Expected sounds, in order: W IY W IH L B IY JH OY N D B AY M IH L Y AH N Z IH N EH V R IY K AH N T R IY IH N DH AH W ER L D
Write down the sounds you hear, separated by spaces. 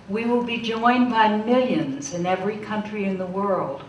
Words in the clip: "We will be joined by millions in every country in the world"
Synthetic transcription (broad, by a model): W IY W IH L B IY JH OY N B AY M IH L Y AH N Z IH N EH V R IY K AH N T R IY IH N DH AH W ER L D